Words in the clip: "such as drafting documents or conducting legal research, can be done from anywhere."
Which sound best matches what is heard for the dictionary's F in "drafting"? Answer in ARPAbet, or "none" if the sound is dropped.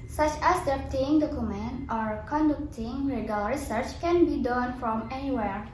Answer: P